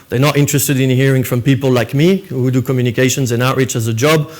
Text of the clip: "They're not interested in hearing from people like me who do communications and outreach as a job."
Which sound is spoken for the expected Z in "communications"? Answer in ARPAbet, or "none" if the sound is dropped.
Z